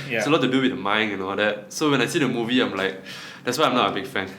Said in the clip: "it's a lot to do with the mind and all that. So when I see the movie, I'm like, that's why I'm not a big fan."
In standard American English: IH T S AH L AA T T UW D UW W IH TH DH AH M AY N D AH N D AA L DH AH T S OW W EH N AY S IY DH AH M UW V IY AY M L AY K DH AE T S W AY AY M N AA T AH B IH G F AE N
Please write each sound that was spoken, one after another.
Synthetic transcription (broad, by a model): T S AH L AA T T UW D UW W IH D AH M AY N AH N AA L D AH T S OW W EH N AY S IY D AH M UW V IY AY M L AY K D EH T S W AY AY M N AA T AH B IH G F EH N